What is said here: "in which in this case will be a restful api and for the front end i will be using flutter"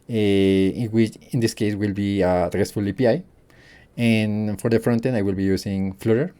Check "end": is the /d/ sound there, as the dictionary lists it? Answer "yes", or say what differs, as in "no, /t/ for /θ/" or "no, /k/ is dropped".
no, /d/ is dropped